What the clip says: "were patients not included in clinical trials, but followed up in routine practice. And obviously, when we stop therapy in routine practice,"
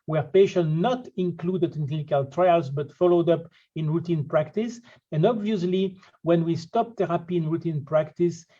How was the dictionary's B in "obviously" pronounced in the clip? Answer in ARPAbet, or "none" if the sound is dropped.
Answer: B